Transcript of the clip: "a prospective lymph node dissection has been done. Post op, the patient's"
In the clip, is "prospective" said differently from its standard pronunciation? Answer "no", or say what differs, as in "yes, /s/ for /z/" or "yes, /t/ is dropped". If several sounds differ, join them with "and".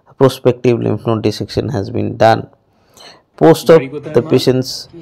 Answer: no